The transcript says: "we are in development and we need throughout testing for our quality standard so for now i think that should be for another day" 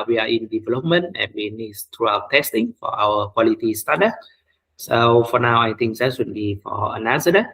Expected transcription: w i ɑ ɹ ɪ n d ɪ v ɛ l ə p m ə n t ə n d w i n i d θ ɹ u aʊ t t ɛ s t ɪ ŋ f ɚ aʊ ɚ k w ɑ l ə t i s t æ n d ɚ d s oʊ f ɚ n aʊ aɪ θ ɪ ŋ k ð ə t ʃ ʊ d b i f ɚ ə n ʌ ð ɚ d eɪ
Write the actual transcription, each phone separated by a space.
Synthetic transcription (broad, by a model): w i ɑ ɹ ɪ n d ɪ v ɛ l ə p m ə n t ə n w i n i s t ɹ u aʊ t t ɛ s t ɪ ŋ f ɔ aʊ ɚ k w ɑ l ə t i s t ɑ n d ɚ s oʊ f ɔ n aʊ aɪ t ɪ ŋ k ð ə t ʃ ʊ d b i f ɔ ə n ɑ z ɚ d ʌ